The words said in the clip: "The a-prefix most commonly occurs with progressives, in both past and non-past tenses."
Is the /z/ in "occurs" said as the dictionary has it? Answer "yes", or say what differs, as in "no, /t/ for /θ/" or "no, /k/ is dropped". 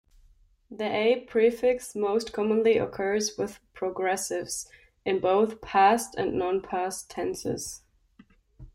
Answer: yes